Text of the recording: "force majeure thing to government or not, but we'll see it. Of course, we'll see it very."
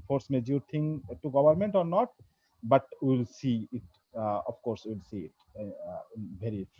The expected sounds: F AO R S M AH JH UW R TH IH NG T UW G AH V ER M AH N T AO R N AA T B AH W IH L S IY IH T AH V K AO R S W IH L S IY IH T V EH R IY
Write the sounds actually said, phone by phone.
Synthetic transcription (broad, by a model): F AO R S M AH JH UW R T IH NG T UW G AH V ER M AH N T AO R N AA T B AH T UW L S IY IH T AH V K AO R S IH L S IY IH T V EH R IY